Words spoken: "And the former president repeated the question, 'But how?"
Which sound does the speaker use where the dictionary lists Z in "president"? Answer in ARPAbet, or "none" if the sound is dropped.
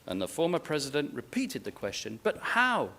Z